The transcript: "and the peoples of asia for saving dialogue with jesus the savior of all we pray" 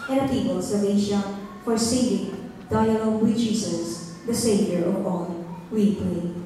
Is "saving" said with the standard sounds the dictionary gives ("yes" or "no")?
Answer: no